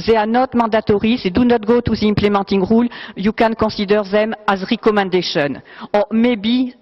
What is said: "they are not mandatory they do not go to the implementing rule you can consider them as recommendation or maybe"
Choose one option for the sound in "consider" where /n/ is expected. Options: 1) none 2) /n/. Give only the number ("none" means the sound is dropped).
1